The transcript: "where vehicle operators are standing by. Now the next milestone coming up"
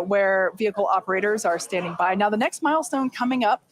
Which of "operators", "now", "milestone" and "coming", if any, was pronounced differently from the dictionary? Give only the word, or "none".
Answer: none